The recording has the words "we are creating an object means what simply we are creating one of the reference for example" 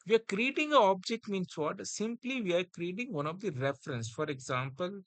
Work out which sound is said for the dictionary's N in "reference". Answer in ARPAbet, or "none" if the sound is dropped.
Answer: N